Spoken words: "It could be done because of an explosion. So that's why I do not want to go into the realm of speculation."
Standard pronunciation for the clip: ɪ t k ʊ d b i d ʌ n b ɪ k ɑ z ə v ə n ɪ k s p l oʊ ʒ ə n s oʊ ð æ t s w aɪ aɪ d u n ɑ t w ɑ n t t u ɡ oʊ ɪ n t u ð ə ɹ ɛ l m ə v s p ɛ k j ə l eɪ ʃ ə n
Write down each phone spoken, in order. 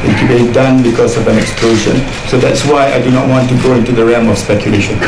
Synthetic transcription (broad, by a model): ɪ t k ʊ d b i d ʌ n b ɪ k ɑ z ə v ə n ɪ k s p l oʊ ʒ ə n s oʊ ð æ t s w aɪ aɪ d u n ɑ t w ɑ n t t u ɡ oʊ ɪ n t u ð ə ɹ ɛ m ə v s p ɛ k j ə l eɪ ʃ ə n